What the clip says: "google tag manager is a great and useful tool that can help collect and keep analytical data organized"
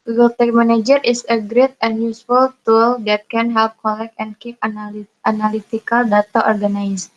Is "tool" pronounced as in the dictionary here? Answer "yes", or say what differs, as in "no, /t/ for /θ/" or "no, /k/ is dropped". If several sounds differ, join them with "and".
yes